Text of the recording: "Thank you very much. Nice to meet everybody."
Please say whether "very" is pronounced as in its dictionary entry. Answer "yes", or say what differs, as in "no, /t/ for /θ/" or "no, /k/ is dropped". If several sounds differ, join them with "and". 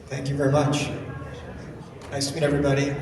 yes